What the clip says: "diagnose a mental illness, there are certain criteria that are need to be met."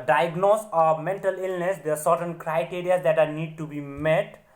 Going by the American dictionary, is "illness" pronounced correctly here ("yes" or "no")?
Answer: yes